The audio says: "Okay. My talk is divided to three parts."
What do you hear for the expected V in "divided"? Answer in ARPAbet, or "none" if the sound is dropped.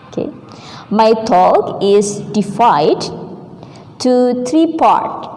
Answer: F